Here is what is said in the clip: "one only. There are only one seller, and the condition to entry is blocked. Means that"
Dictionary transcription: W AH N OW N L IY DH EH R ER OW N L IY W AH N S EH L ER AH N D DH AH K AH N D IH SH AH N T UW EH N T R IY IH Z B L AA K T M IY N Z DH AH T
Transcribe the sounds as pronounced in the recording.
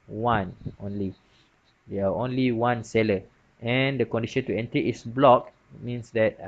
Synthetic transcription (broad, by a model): W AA N OW N L IY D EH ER OW N L IY W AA N S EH L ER AH N D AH K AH N D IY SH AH N T UW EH N T IY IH S B L AA K M IY N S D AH T